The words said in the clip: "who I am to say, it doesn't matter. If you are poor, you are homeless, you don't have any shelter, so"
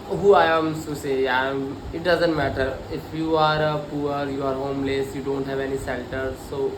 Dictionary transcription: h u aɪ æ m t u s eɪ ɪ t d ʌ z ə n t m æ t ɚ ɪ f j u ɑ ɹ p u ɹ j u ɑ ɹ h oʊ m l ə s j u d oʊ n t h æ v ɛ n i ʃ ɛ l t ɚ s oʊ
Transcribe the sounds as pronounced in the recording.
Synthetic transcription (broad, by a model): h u aɪ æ m s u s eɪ ɪ t d ʌ z ə n t m æ t ɚ ɪ f j u ɑ ɹ p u ɹ j u ɑ ɹ h oʊ m l ə s j u d oʊ n t h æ v ɛ n i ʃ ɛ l t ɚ s oʊ